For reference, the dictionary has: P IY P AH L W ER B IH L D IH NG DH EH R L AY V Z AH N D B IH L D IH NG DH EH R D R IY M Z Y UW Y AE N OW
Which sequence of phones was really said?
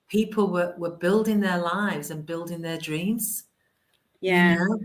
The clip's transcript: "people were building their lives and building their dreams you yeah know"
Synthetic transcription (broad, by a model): P IY P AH L W ER B IH L D IH NG DH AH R L AY V Z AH N B IH L D IH NG DH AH R D R IY M Z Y Y AE